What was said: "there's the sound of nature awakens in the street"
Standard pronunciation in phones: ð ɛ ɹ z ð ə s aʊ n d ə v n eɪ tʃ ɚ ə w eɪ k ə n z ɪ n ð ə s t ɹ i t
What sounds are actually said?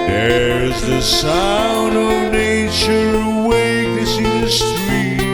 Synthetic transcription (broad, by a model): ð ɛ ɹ z ð ə s aʊ n d ə v n eɪ tʃ ɚ w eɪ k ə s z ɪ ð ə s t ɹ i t